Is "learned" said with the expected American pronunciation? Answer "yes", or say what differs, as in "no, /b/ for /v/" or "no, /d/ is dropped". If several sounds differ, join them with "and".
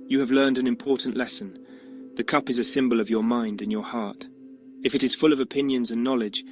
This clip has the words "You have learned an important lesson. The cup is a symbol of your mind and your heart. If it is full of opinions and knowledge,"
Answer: yes